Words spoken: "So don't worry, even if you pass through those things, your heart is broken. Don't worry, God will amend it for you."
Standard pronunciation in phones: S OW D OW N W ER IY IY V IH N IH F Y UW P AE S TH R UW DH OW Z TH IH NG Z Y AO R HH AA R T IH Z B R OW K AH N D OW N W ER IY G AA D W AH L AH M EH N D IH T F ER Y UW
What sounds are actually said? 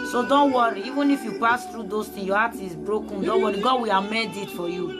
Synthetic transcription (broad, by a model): S OW D OW N W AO IY IY V IH N IH F Y UW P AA S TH R UW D OW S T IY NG Y AO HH AA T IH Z B R OW K AH N D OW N W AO IY G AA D W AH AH M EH D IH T F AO Y UW